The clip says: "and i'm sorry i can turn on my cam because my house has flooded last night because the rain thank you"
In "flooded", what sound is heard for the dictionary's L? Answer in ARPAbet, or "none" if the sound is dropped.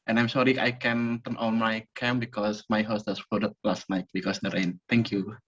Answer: none